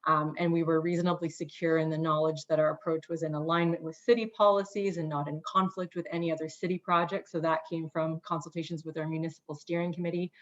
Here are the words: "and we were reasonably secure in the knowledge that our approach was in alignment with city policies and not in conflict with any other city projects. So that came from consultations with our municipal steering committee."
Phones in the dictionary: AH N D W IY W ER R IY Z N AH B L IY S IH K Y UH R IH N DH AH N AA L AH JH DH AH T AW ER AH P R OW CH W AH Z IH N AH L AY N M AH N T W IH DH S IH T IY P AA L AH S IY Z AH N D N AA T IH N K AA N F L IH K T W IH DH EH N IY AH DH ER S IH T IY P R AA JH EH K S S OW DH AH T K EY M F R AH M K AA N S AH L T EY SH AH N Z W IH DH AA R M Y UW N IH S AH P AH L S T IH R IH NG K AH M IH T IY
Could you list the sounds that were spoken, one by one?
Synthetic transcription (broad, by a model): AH N W IY W ER R IY Z N AH B L IY S IH K Y UH R IH N DH AH N AA L AH JH DH AH T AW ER AH P R OW CH W AH Z IH N AH L AY N M AH N T W IH DH S IH T IY P AA L AH S IY Z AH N N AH T IH N K AA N F L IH K T W IH DH EH N IY AH DH ER S IH T IY P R AA JH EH K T S OW DH AH T K EY M F R AH M K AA N S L T EY SH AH N Z W IH DH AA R M Y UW N IH S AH P L S T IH R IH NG K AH M IH T IY